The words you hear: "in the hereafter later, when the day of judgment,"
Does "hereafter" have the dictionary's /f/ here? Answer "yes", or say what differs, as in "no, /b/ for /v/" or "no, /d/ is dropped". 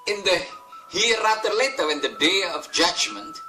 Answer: no, /f/ is dropped